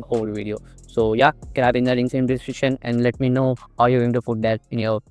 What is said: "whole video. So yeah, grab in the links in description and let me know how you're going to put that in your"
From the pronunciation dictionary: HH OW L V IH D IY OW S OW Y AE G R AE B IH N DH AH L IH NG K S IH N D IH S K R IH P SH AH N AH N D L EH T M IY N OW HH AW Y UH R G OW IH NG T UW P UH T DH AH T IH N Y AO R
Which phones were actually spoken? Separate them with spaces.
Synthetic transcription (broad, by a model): OW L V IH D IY OW S OW Y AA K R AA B IH N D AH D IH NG S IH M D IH S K R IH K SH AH N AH N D L EH T M IY N OW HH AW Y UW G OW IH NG T UW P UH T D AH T IH N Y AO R